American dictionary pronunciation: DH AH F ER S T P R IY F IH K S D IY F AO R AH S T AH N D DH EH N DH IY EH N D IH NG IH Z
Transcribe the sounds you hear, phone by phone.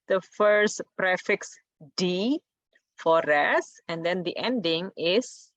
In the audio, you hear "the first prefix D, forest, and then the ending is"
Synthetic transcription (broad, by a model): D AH F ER S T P R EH F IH K S D IY F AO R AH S AH N D EH N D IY EH N D IH NG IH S